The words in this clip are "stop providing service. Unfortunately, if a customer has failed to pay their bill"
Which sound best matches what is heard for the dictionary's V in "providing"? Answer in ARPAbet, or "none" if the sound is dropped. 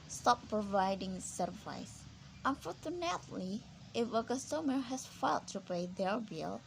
V